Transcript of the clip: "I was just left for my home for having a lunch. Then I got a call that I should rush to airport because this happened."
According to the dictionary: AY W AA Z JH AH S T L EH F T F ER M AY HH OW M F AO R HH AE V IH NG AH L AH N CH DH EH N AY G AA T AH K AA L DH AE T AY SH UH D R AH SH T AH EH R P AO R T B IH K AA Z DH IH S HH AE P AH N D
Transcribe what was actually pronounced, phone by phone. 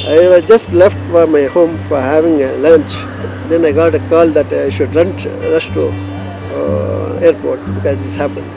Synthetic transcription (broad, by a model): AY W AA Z JH AH S T L EH F T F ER M AY HH OW M F AO R HH AE V IH NG AH L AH N CH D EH N AY G AA T AH K AA L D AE T AY SH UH D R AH S T AH EH R P AO R T B IH K AA Z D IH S HH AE P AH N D